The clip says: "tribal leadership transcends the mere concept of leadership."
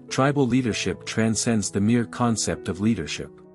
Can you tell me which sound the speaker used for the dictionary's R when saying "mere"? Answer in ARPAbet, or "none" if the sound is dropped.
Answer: R